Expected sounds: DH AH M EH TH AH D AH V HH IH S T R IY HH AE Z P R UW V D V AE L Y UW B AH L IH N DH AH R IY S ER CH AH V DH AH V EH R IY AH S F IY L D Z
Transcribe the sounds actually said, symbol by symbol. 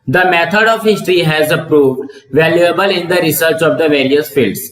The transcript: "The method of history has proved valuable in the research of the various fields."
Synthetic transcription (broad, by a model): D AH M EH T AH D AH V HH IH S T R IY HH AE Z P R UW V D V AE L Y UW B AH L IH N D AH R IY S ER CH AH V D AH V EH R IY AH S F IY L D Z